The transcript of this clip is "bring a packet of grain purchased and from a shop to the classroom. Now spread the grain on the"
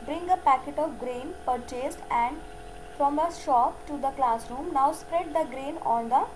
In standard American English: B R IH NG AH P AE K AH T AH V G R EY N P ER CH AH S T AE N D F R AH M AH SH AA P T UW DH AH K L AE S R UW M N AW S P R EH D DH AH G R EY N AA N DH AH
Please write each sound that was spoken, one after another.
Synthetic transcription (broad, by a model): B R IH NG AH P AE K AH T AH V G R EY N P ER CH AH S T AE N D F R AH M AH SH AA P T UW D AH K L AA S R UW M N AW S P R EH D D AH G R EY N AA N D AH